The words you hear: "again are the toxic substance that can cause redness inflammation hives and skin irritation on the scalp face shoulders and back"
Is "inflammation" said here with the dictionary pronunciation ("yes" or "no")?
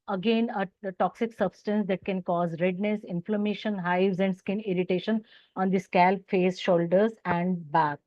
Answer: yes